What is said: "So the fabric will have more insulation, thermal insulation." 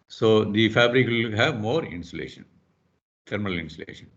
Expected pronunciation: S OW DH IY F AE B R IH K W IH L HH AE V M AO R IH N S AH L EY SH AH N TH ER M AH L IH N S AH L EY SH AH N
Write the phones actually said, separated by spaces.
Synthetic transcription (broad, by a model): S OW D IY F AE B R IH K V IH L HH AE V M AO R IH N S AH L EY SH AH N T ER M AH L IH N S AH L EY SH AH N